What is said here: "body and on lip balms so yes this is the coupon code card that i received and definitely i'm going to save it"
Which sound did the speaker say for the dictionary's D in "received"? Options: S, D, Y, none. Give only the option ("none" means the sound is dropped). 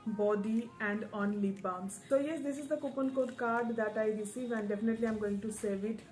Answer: none